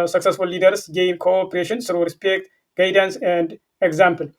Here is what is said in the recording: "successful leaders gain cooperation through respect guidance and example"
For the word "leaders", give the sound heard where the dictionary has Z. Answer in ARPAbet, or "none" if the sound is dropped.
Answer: S